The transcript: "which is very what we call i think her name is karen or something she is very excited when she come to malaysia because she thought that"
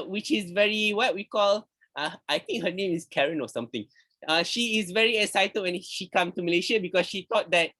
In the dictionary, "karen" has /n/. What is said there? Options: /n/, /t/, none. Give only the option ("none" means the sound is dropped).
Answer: /n/